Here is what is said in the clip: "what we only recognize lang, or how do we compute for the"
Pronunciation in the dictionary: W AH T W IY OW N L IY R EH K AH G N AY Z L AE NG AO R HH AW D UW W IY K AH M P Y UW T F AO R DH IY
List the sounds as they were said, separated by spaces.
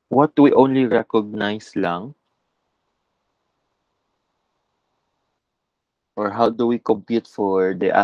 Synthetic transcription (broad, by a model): W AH T W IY OW N L IY R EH K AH G N AY S L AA NG AO R HH AW D UW W IY K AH M P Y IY T F AO R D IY